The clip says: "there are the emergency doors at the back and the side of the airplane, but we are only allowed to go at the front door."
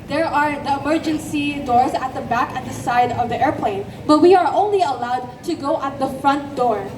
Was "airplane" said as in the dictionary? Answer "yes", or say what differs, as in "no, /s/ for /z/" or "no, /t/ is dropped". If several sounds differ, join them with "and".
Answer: yes